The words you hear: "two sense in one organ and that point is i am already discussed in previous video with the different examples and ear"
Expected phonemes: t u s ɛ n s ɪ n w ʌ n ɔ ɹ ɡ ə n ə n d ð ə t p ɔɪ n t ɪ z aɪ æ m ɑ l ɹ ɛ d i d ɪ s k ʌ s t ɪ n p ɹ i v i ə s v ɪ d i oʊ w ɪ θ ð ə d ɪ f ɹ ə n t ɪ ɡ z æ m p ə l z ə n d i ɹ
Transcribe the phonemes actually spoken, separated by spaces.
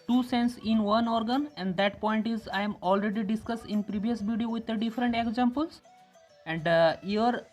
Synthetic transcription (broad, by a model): t u s ɛ n s ɪ n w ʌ n ɔ ɹ ɡ ə n ə n d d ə t p ɔɪ n t ɪ z aɪ m ɑ l ɹ ɛ d i d ɪ s k ʌ s t ɪ n p ɹ i v i ə s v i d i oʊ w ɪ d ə d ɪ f ɹ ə n t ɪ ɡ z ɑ m p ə l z ə n d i ɹ